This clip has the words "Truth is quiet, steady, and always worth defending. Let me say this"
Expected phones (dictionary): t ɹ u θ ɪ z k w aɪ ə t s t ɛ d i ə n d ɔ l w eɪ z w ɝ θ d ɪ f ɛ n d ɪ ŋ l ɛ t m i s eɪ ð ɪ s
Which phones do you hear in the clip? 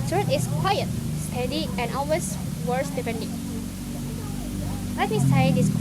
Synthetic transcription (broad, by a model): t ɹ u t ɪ s k w aɪ ə t s t ɛ d i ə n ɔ l w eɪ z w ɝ s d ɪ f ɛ n d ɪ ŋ l ɛ t m i s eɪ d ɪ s